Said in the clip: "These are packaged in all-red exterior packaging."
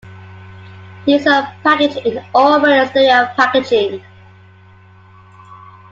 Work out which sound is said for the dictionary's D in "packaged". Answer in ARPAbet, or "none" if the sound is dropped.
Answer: none